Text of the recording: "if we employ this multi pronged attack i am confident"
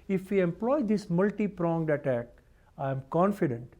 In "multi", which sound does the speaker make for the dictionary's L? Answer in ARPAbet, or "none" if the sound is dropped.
L